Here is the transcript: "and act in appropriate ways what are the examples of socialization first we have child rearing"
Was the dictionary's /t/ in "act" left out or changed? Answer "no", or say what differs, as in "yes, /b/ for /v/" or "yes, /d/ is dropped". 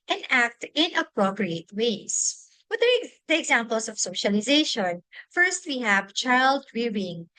no